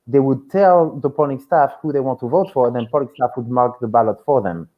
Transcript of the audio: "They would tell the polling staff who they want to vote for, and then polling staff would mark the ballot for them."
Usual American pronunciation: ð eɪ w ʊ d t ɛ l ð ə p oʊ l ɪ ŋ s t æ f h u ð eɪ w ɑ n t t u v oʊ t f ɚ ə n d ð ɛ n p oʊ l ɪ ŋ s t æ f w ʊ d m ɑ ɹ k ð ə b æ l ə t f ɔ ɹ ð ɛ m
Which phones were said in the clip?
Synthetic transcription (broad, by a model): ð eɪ w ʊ d t ɛ l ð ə p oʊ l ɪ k s t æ f h u ð eɪ w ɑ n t t u v oʊ t f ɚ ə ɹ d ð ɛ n p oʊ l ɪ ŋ s t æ f w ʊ d m ɑ ɹ k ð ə b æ l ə t f ɔ ɹ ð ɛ m